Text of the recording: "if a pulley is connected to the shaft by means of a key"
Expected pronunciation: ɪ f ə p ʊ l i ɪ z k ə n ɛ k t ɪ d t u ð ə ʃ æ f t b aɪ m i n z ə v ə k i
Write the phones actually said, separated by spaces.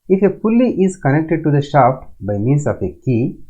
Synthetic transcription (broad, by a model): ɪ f ə f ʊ l i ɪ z k ə n ɛ k t ɪ d t u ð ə ʃ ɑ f b aɪ m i n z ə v ə k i